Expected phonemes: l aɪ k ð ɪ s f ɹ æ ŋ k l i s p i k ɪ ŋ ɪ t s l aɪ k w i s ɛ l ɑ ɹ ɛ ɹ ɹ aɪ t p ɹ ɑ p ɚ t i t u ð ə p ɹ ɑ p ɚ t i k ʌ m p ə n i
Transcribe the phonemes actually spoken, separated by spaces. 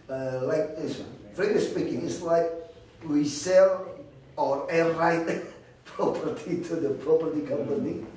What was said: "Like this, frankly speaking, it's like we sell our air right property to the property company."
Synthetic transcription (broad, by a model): l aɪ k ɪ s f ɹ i k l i s p i k ɪ ŋ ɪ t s l aɪ k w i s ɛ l ɑ ɹ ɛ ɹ ɹ aɪ t p ɹ ɑ p ɚ t i t u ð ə p ɹ ɑ p ɚ t i k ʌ m p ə n i